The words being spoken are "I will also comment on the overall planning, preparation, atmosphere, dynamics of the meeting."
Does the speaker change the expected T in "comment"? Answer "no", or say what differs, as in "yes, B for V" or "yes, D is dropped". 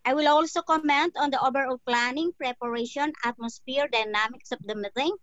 no